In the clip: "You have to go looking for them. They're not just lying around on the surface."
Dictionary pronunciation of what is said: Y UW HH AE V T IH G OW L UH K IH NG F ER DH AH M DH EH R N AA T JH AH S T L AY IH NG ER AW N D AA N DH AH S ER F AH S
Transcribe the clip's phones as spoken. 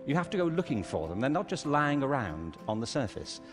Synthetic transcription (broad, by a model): Y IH HH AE F T IH G OW L UH K IH NG F ER DH AH M DH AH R N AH T JH AH S T L AY IH NG ER AW N D N DH AH S ER F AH S